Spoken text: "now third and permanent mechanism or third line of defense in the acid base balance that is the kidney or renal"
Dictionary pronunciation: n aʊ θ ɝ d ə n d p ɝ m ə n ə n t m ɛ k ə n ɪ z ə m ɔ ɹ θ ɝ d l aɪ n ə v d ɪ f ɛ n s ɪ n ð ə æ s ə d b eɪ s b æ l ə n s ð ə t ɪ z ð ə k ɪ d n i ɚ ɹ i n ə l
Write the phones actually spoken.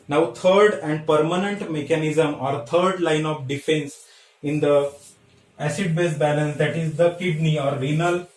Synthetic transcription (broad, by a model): n aʊ t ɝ d ə n d p ɝ m ə n ə n t m ɛ k ə n ɪ z ə m ɔ ɹ t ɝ d l aɪ n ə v d ɪ f ɛ n s ɪ n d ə æ s ə d b eɪ s b æ l ə n s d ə t ɪ z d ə k ɪ d n i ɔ ɹ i n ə l